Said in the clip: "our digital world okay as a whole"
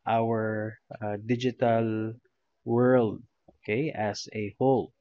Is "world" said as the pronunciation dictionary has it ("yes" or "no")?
yes